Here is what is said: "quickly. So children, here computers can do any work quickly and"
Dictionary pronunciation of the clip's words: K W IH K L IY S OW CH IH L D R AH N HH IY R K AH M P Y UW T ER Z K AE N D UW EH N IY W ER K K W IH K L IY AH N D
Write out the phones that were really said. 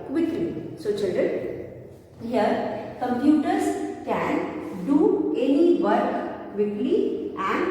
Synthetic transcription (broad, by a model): K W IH K L IY S OW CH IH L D AH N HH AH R K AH M P Y UW T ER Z K AE N D UW EH N IY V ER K K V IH K L IY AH N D